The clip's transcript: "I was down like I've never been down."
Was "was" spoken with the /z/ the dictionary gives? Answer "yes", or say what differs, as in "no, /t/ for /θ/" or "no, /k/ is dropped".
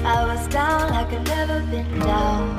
yes